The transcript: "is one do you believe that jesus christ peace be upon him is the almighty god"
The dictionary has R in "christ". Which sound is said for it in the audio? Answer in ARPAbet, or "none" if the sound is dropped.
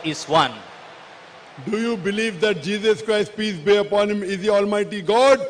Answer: R